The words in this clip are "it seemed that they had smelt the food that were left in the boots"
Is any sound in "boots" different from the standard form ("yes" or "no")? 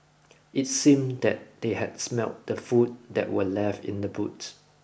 yes